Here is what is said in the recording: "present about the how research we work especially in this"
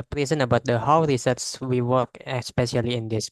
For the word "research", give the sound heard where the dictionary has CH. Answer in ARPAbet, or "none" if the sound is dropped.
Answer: S